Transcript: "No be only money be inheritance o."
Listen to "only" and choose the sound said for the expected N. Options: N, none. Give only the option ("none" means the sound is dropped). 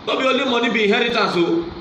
none